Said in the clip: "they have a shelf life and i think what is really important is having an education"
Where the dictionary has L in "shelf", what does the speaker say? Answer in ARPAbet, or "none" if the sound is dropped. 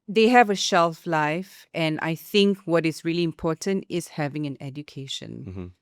L